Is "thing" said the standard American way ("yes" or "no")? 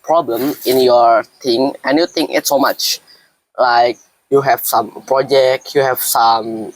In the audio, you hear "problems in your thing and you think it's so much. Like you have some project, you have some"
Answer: no